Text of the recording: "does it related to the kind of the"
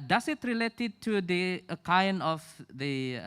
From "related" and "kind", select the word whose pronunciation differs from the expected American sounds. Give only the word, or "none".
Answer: kind